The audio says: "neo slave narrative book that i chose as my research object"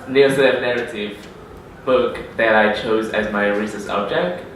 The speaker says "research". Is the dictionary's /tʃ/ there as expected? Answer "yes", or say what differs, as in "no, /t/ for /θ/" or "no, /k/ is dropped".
no, /s/ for /tʃ/